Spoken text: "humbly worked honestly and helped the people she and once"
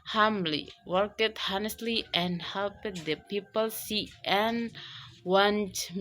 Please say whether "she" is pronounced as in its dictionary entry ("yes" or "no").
no